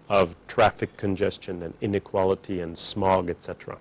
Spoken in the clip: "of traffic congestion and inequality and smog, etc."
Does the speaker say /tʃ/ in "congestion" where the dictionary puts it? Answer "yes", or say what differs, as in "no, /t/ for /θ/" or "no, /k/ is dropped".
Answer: yes